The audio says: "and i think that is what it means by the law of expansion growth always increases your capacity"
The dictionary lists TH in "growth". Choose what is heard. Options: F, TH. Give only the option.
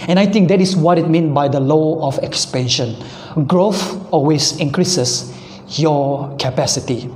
F